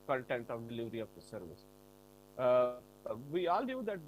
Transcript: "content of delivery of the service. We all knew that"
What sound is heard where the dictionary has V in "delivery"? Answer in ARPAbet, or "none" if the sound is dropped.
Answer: V